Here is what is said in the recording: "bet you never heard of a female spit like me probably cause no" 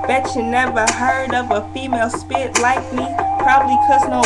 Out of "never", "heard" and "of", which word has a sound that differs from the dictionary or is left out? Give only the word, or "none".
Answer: of